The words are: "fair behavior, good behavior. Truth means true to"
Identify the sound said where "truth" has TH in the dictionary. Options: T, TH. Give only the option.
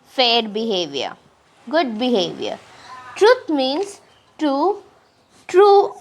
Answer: T